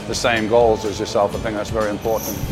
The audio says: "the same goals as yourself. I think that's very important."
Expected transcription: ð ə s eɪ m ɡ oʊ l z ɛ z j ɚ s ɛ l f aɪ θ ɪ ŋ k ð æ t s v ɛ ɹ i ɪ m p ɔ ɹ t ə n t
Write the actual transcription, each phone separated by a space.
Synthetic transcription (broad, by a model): ð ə s eɪ m ɡ oʊ l z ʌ z j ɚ s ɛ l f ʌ θ ɪ ŋ ð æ t s v ɛ ɹ i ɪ m p ɔ ɹ t n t